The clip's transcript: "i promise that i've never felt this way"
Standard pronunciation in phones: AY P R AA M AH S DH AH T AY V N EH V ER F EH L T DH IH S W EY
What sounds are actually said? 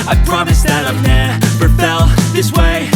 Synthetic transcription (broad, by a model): AY P R AA M AH S DH AH T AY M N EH P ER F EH L DH IH S W EY